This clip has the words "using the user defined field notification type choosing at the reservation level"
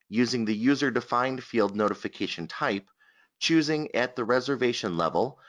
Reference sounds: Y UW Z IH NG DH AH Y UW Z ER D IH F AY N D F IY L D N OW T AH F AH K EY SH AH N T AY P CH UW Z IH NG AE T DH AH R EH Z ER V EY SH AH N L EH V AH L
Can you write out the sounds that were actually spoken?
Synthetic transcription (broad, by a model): Y UW Z IH NG DH AH Y UW Z ER D IH F AY N D F IY L D N OW T AH F AH K EY SH AH N T AY P CH UW Z IH NG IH T DH AH R EH Z ER V EY SH AH N L EH V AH L